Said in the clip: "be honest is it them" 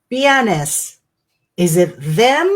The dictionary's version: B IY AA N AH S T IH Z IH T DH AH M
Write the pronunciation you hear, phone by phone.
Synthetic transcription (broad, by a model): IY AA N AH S IH Z IH T DH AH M